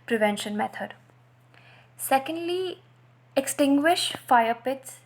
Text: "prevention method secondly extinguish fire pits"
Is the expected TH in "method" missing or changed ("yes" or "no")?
yes